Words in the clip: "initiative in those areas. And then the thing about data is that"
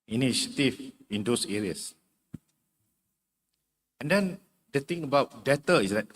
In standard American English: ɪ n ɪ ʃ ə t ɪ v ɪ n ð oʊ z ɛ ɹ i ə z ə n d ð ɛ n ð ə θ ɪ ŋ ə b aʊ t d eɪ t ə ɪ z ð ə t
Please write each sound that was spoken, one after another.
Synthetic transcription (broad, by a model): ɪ n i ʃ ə t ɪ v ɪ n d oʊ s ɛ ɹ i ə s ə n d ɛ n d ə t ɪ ŋ ə b aʊ t d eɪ t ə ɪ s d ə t